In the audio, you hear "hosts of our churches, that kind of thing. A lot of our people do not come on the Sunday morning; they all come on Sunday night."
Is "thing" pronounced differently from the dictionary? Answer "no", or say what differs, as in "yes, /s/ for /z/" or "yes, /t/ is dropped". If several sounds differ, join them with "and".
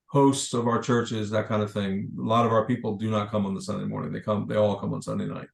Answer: no